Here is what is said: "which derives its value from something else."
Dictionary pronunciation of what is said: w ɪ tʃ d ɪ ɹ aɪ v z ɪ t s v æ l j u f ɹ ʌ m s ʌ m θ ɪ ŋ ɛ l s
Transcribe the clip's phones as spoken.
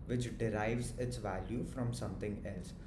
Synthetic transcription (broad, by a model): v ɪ tʃ d ɪ ɹ aɪ v z ɪ t s v æ l j u f ɹ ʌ m s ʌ m t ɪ ŋ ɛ l s